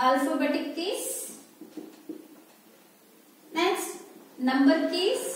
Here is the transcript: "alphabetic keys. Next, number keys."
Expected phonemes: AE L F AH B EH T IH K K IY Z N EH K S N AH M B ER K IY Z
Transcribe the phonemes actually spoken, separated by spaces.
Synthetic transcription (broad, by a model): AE L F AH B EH T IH K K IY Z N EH S N AH M B ER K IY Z